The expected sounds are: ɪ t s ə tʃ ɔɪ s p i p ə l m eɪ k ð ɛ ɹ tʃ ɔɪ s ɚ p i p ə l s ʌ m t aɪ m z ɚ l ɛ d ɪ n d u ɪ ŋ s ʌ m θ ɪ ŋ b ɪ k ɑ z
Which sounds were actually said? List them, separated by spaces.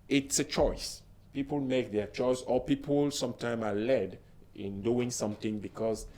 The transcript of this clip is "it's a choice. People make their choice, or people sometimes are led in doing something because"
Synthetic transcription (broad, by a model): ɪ t s ə tʃ ɔɪ s p i p ə l m eɪ k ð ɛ tʃ ɔɪ s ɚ p i p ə l s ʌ m t aɪ m ɑ l ɛ d ɪ n d u ɪ ŋ s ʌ m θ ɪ ŋ b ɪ k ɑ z